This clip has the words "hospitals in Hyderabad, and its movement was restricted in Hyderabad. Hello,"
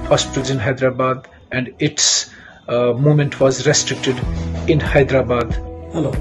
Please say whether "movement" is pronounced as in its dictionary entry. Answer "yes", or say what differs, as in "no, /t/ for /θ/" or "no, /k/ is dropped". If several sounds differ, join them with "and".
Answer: no, /v/ is dropped